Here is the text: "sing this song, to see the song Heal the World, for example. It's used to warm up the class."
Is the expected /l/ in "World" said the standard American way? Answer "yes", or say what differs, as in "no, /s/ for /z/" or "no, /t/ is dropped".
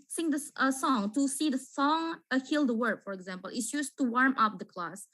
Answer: no, /l/ is dropped